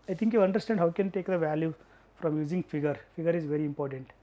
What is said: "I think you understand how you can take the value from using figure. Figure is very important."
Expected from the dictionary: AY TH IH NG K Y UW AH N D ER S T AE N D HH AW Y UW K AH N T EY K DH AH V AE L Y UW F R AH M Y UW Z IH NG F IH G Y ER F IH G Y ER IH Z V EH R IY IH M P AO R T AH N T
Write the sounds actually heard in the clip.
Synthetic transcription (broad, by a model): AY T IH NG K Y UW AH N D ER S T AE N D HH AW K AH N T EY K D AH V AE L Y UW F R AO M Y UW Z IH NG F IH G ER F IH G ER IH Z V EH R IY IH M P AO R T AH N T